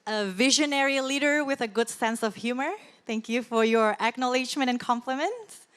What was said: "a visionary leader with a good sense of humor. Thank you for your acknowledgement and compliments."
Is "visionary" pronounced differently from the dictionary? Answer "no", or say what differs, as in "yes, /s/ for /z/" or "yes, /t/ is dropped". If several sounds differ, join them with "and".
no